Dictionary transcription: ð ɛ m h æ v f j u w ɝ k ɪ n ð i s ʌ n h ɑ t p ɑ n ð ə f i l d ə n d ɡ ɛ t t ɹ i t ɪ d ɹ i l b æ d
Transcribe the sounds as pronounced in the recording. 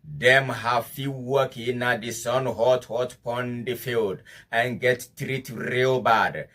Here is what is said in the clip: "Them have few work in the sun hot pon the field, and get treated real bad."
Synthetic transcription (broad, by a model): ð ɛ m h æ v f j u w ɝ k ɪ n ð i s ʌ n h ɑ t p ɑ n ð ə f i l d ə n ɡ ɛ t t ɹ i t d ɹ i l b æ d